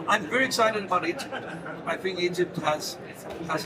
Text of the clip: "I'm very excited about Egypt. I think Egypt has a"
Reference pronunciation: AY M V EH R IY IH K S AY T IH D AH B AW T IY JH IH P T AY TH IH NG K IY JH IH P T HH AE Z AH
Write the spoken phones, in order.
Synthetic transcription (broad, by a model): AY M V EH R IY IH K S AY T IH D AH B AW T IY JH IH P T AY F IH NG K IY JH IH P T HH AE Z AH